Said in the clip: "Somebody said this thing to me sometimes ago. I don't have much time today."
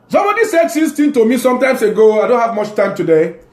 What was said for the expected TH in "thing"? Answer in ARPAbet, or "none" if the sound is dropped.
T